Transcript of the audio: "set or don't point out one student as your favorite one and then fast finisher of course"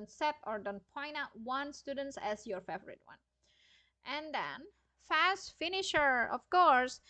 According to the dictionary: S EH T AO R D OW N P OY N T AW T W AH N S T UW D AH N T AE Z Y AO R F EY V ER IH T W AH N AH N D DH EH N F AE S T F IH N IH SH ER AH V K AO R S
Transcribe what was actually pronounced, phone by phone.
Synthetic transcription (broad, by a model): S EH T AO R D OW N P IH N AW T W AH N S T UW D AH N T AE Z Y AO R F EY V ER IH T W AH N AH N D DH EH N F AE S T F IH N IH SH ER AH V K AO R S